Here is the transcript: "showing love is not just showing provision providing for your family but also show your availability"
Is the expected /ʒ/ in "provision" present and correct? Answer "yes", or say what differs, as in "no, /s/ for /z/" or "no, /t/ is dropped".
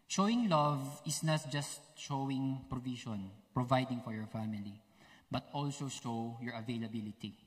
no, /ʃ/ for /ʒ/